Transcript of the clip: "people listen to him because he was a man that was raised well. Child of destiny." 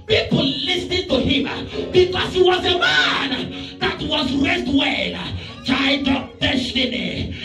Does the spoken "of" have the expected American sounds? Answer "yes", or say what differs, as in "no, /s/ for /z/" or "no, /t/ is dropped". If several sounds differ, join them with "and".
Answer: no, /p/ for /v/